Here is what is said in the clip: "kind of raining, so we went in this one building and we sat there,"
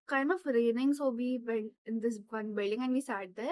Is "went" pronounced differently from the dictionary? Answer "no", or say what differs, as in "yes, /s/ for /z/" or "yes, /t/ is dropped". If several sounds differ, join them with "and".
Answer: yes, /t/ is dropped